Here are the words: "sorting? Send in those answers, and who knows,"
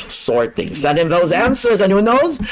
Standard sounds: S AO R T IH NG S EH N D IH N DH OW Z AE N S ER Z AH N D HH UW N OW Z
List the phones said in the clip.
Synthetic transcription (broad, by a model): S AO R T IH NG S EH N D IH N DH OW Z AE N S ER Z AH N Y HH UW N OW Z